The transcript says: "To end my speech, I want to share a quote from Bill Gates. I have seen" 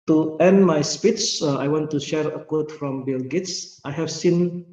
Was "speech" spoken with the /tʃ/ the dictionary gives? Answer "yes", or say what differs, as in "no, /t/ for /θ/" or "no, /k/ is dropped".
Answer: no, /s/ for /tʃ/